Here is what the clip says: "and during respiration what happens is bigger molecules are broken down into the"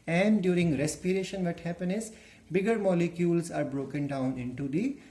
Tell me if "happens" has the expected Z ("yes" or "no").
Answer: no